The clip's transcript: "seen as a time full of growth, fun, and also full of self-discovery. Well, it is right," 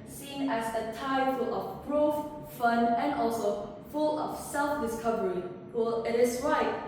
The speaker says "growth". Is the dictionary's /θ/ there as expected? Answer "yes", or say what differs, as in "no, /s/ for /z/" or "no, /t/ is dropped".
no, /f/ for /θ/